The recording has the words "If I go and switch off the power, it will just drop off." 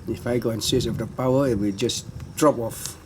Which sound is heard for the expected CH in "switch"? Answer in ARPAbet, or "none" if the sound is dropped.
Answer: S